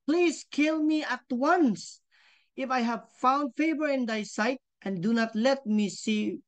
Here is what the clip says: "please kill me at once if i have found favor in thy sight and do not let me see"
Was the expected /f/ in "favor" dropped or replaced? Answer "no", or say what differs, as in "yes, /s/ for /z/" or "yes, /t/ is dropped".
no